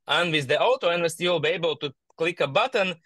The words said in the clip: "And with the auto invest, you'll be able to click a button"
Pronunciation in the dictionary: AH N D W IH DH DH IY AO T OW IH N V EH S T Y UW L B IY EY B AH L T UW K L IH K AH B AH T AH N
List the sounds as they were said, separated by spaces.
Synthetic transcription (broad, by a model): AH N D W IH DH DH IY AO T OW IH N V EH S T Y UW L B IY EY B AH L T UW K L IH K AH B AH T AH N